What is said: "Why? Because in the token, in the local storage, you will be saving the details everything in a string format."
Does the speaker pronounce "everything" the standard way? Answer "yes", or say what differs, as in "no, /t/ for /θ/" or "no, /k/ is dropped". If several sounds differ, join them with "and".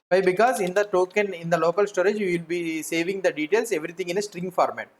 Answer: no, /t/ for /θ/